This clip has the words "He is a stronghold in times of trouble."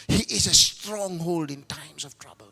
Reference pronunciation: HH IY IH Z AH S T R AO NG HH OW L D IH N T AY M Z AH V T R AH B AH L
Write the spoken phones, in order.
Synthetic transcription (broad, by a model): HH IY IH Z AH S T R AO NG HH OW L D IH N T AY M S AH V T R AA B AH L